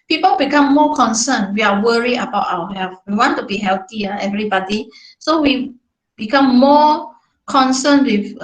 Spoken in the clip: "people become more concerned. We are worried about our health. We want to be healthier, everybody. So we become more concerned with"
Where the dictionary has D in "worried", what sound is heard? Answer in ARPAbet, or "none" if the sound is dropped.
none